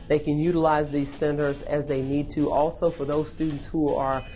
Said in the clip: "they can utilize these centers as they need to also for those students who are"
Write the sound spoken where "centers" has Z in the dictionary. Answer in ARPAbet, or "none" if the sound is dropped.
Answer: Z